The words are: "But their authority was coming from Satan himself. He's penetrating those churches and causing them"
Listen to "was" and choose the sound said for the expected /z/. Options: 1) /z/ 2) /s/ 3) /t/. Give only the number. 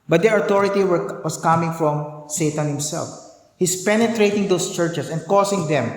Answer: 2